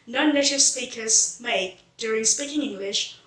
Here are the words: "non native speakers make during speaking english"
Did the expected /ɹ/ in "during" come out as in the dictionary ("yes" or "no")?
yes